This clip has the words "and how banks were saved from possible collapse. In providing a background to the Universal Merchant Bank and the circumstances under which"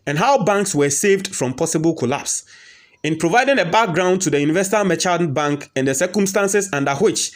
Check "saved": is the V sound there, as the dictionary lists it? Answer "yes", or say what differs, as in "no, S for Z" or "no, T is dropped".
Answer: yes